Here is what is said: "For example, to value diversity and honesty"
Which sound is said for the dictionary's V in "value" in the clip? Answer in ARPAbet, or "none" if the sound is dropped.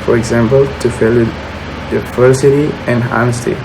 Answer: F